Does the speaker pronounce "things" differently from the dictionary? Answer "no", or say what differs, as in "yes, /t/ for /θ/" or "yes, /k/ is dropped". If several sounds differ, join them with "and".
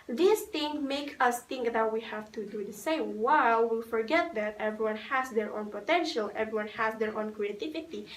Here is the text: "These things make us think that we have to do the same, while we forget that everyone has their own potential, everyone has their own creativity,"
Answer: yes, /z/ is dropped